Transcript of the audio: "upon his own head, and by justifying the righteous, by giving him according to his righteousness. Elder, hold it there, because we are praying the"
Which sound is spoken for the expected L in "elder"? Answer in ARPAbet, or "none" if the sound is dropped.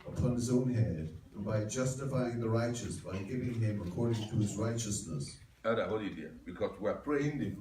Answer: none